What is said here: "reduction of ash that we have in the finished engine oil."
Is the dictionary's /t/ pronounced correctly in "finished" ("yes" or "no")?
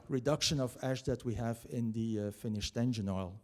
yes